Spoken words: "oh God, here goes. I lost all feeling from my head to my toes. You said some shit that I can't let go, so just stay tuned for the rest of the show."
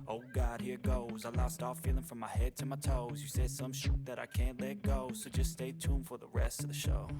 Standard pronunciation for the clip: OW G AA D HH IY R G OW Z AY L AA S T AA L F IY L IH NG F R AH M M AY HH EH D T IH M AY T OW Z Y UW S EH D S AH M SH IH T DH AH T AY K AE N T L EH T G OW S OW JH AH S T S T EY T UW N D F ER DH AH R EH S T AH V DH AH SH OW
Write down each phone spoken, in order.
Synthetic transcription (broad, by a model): OW G AA D HH IY R G OW Z AY L AA S T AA F IY L IH NG F R AH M M AY HH EH D T IH M AY T OW Z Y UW S EH D S AH M SH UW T DH AH T AY K AE N T L EH T G OW S OW JH AH S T S T EY T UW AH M F ER DH AH R EH S T AH V DH AH SH OW